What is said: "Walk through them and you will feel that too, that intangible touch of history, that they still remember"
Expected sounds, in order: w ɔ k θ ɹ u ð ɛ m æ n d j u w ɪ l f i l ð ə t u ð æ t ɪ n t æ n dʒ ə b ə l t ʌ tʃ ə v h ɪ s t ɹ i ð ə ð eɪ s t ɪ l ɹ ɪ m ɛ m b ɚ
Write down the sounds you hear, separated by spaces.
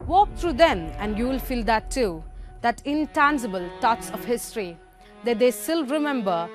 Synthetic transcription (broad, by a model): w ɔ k t ɹ u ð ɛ m æ n d j u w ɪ l f i l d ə t u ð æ t ɪ n t æ n dʒ ə b ə l t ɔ s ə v h ɪ s t ɹ i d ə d eɪ s t ɪ l ɹ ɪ m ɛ m b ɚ